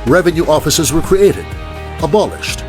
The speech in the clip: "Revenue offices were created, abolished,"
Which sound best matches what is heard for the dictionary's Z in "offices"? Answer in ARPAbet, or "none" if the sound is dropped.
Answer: Z